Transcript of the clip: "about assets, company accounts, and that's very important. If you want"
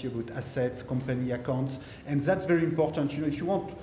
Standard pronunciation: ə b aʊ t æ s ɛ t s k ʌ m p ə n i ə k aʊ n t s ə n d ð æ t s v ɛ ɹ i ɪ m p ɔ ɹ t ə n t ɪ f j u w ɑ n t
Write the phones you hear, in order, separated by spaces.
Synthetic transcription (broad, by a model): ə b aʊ t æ s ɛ t s k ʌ m p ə n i ə k aʊ n t s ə n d ð æ t s v ɛ ɹ i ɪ m p ɔ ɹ t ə n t ɪ f j u w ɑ n t